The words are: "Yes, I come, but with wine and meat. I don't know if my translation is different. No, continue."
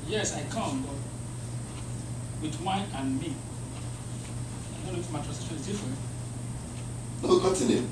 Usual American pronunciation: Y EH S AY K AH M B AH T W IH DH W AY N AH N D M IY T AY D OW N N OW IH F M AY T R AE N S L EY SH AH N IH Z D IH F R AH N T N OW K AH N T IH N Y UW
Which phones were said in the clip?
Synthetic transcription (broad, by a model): Y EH S AY K AH M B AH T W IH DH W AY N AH N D M IY AY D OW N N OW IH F M AY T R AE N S EY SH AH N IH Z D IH F R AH N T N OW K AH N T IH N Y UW